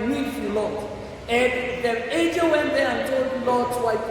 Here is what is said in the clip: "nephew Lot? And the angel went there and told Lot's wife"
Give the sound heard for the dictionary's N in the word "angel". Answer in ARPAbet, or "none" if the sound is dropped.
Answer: none